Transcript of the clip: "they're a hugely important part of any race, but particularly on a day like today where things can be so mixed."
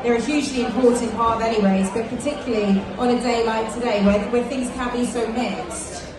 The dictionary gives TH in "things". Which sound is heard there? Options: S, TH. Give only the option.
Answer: TH